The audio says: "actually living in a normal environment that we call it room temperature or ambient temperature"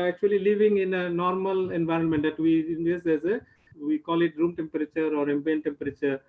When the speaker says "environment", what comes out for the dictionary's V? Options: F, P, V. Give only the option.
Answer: V